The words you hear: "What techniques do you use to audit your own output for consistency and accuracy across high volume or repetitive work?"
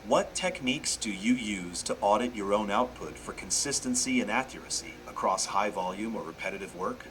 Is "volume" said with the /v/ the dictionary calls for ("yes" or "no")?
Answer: yes